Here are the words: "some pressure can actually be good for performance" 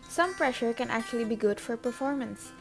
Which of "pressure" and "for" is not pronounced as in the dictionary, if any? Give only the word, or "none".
none